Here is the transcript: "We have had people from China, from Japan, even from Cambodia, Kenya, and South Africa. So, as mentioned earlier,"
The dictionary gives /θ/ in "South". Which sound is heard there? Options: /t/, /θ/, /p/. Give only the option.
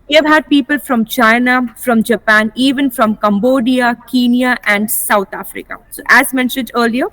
/t/